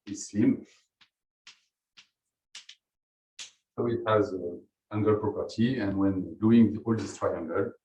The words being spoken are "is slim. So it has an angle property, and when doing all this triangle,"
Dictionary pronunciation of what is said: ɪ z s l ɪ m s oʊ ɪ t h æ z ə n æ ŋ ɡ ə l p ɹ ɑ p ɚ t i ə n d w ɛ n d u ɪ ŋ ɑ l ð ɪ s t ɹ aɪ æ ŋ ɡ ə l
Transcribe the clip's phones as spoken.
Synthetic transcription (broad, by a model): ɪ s i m s oʊ ɪ t h æ z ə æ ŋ ɡ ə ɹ p ɹ ɑ p ɚ t i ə n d w ɛ n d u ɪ ŋ ɑ l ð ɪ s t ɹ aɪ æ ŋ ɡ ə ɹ